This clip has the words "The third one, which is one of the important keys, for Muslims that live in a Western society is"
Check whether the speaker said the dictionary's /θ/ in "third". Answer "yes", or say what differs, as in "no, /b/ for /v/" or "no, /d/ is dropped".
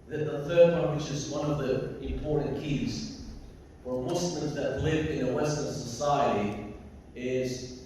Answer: yes